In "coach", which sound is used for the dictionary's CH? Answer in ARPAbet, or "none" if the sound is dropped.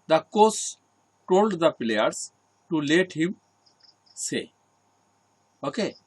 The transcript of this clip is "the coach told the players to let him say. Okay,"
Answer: S